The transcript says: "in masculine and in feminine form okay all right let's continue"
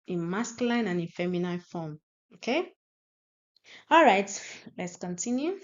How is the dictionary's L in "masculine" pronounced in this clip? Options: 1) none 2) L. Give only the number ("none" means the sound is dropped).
1